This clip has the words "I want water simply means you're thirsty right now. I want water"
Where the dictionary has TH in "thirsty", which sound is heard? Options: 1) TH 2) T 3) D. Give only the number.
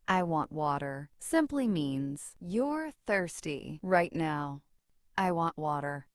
1